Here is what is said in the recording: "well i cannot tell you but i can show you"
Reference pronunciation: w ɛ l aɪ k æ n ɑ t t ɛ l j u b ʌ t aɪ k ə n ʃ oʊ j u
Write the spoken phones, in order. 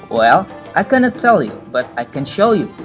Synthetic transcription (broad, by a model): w ɛ l aɪ k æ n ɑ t t ɛ l j u b ʌ t aɪ k ə n ʃ oʊ j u